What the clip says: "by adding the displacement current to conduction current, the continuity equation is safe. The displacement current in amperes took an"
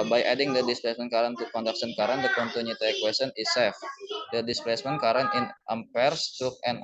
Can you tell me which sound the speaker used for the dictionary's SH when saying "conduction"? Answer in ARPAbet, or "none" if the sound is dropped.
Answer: S